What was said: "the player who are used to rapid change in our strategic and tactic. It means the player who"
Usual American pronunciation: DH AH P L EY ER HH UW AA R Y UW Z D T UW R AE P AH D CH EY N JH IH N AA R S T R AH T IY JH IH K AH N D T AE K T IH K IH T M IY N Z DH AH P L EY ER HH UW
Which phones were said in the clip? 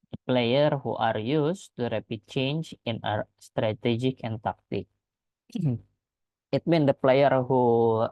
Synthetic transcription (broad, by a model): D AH P L EY ER HH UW AA R Y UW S T UW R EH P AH CH EY N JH IH N AA R S T R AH T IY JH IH K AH N T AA K T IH K IH T M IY N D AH P L EY ER HH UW